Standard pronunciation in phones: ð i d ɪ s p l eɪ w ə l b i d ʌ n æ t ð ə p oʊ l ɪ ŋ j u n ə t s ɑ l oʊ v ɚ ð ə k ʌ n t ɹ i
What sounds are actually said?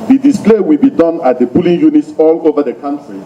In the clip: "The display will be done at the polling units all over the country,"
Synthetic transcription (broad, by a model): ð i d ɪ s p l eɪ w ə l b i d ʌ n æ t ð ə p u l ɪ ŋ j u n ə t s ɑ l oʊ v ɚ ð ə k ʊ n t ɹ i